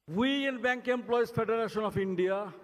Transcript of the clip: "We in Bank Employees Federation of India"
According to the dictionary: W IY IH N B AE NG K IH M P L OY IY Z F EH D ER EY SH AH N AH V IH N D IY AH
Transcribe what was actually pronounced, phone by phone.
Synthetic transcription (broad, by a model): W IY IH N B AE NG K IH M P L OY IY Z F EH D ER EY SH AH N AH P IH N D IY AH